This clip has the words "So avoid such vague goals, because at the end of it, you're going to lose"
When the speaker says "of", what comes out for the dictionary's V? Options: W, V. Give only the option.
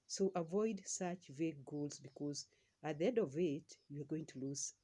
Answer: V